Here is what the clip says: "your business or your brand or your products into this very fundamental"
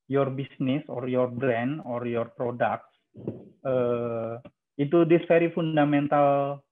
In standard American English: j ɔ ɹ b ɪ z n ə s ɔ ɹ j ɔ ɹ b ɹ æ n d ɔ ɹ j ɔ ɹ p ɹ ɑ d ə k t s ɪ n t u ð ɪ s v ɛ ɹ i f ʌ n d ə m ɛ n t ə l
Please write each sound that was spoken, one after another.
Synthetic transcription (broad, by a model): j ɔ ɹ b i s n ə s ɔ ɹ j ɔ ɹ b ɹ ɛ n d ɔ ɹ j ɔ ɹ p ɹ ɑ d ə k t s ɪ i t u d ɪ s f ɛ ɹ i f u n d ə m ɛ n t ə l